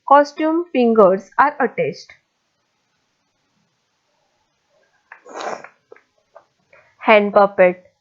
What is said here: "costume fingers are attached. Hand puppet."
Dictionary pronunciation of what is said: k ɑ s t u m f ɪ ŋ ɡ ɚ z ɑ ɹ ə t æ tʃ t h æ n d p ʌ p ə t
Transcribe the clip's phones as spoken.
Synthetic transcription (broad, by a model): k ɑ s t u m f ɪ ŋ ɡ ɚ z ɑ ɹ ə t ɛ s t h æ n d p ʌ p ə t